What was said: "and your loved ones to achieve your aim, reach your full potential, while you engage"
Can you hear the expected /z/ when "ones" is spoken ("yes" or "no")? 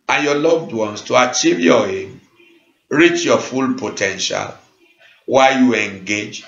no